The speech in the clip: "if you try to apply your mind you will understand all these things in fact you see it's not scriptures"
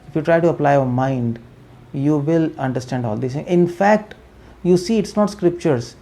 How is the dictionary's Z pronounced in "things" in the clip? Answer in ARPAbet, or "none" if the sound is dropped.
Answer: none